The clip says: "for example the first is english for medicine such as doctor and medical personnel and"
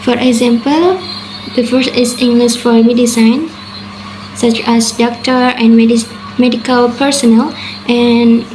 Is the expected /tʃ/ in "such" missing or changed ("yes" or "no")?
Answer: no